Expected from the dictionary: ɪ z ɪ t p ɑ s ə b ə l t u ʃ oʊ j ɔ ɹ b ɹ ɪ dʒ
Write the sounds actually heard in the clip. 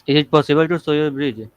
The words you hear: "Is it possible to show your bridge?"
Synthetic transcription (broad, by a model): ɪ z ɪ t p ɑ s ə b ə l t u s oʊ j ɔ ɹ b ɹ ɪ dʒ